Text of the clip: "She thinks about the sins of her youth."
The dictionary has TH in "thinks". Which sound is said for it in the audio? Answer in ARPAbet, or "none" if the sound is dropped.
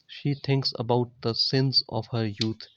T